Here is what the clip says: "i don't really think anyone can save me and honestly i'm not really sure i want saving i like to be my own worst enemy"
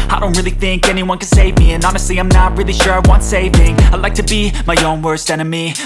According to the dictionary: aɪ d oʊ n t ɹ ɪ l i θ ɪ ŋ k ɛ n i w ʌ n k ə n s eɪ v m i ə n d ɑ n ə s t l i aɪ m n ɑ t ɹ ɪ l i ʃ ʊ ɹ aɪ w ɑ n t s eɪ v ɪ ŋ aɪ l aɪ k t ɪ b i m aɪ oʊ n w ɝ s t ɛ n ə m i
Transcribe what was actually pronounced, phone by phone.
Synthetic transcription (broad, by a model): aɪ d oʊ n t ɹ ɪ l i θ ɪ ŋ k ɛ n i w ʌ n k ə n s eɪ v m i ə n ɑ n ə s t l i aɪ m n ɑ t ɹ ɪ l i ʃ ʊ ɹ aɪ w ɑ n t s eɪ v ɪ ŋ aɪ l aɪ k t ɪ b i m aɪ oʊ n w ɝ s t ɛ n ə m i